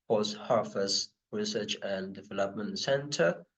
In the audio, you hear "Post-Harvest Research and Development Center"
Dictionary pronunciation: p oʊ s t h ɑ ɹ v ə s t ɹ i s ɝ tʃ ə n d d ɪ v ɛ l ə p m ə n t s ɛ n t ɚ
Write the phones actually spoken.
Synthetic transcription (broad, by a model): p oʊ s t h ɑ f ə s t ɹ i s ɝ tʃ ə n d d ɪ v ɛ l ə p m ə n t s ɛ n t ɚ